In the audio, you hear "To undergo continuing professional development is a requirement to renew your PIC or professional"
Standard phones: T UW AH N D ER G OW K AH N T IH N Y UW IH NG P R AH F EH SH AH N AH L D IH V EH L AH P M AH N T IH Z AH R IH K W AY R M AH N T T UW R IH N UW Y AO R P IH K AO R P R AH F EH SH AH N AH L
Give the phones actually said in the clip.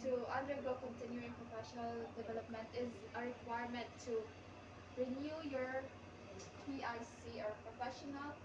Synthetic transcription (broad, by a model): T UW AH N D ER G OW K AH N T IH N Y UW IH NG P R AH F EH SH AH N AH L D IH V EH L AH P M AH N T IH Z AH R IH K W AY R M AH N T T UW R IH N UW Y AO R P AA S AO R P R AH F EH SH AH N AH L